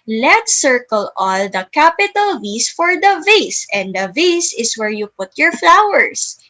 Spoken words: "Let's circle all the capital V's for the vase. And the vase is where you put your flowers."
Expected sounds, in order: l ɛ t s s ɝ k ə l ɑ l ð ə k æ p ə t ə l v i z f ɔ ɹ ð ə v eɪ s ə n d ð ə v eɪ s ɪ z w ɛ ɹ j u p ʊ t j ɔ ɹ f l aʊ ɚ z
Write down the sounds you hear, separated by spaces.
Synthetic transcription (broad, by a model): l ɛ t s s ɝ k ə l ɑ l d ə k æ p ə t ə l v i s f ɔ ɹ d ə v eɪ s ə n d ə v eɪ s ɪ s w ɛ ɹ j u p ʊ t j ɔ ɹ f l aʊ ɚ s